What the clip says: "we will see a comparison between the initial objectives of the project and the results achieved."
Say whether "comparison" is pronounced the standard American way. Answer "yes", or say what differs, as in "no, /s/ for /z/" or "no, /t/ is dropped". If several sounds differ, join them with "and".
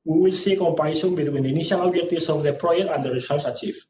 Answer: no, /ɹ/ is dropped